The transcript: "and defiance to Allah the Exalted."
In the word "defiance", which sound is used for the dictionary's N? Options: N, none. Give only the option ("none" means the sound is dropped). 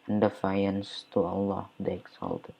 N